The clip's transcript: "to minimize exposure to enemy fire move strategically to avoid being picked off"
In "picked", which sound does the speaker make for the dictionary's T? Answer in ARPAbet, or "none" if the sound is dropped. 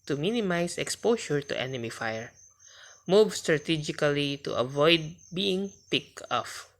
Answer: none